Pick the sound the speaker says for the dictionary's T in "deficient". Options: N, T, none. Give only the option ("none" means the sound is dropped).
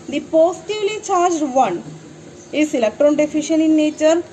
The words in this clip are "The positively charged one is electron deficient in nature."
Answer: none